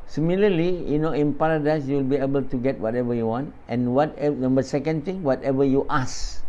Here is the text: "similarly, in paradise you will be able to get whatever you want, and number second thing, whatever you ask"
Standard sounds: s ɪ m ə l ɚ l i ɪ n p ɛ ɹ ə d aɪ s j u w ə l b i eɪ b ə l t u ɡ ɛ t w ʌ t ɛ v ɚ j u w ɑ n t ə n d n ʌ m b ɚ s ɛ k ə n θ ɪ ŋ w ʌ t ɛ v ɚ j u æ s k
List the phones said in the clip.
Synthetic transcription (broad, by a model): s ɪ m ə l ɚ l i ɪ n p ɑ ɹ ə d aɪ s j u w ə l b i eɪ b ə l t u ɡ ɛ t w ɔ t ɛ v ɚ j u w ɑ n t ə n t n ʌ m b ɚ s ɛ k ə n t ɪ ŋ w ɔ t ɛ v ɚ j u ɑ s